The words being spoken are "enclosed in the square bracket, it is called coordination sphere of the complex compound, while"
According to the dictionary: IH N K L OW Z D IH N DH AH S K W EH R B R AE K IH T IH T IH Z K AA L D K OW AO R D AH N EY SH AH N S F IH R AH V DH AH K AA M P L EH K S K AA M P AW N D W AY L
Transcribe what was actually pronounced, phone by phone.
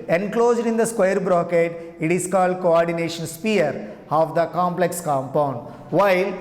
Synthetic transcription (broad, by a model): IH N K L OW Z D IH N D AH S K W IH R B R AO K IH T IH T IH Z K AA L D K OW AO R D AH N EY SH AH N S P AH R AH V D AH K AA M P L EH K S K AA M P AW N D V AY L